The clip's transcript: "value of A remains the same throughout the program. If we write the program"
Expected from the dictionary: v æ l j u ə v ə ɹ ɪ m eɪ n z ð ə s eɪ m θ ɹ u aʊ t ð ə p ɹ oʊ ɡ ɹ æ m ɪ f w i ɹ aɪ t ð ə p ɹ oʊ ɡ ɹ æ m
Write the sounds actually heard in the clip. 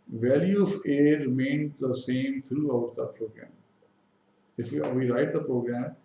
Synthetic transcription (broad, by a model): v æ l j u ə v ə ɹ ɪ m eɪ n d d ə s eɪ m t ɹ u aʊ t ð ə p ɹ oʊ ɡ ɹ æ m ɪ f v i ɹ aɪ t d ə p ɹ oʊ ɡ ɹ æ m